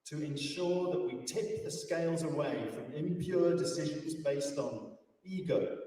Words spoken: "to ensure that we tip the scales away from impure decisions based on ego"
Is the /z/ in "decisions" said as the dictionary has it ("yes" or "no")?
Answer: yes